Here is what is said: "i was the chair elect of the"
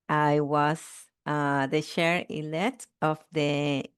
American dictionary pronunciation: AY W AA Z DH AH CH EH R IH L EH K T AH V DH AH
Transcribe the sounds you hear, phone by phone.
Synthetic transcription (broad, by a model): AY W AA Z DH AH SH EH R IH L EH T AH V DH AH